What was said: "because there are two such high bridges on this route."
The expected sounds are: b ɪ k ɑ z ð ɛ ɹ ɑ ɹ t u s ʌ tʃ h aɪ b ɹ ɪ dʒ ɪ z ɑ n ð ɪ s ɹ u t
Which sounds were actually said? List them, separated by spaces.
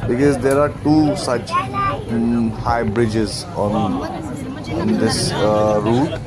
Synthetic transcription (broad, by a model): b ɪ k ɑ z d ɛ ɹ ɑ ɹ t u s ʌ tʃ h aɪ b ɹ ɪ dʒ ɪ z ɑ n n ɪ s ɹ u t